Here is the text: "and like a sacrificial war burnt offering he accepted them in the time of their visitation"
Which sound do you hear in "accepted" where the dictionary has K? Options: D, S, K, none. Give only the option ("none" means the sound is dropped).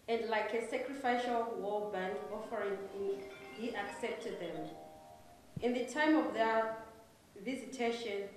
K